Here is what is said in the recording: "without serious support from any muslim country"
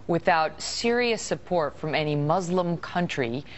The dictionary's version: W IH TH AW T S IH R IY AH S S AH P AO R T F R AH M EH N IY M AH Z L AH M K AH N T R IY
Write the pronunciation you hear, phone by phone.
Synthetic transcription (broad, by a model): W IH TH AW T S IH R IY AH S S AH P AO R T F R AH M EH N IY M AH Z L AH M K AH N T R IY